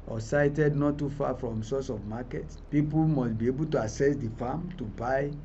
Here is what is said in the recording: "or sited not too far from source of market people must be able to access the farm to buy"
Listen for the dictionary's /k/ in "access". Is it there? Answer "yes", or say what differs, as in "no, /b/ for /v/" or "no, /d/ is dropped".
no, /k/ is dropped